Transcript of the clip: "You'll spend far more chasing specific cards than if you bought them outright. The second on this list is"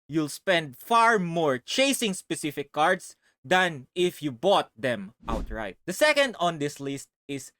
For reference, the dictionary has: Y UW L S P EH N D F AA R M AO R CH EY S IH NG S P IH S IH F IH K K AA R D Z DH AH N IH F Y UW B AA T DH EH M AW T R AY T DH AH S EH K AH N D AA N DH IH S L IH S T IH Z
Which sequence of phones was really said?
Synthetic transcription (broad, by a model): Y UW L S P EH N D F AA R M AO R CH EY S IH NG S P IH S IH F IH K K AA R D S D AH N IH F Y UW B AA T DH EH M AW T R AY T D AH S EH K AH N D AA N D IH S L IH S T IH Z